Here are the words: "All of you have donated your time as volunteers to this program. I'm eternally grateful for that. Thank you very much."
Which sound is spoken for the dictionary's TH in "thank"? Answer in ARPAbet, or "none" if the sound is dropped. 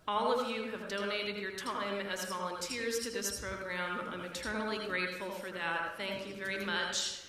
TH